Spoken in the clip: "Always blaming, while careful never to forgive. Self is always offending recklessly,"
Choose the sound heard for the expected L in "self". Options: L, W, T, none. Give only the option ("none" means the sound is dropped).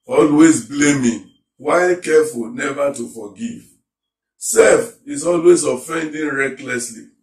none